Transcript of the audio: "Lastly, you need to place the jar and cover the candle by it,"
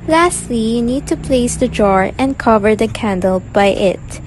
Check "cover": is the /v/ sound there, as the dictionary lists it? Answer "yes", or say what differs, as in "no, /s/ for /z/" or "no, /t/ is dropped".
yes